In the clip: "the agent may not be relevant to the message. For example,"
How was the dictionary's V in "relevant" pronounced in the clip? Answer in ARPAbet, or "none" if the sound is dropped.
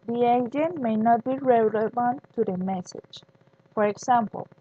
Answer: B